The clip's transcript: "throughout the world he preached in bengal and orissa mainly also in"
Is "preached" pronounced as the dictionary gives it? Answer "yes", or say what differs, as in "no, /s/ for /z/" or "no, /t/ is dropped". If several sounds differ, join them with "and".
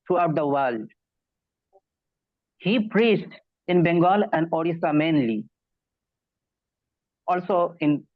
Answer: yes